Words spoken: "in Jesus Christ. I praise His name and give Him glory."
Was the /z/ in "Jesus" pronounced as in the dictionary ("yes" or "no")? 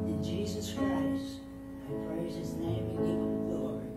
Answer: yes